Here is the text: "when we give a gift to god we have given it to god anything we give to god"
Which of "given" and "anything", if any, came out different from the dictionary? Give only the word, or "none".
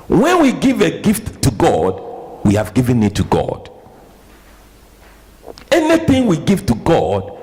none